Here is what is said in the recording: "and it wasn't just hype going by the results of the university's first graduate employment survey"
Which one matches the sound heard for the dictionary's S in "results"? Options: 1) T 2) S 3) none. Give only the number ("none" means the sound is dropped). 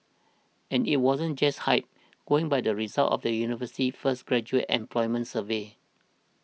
3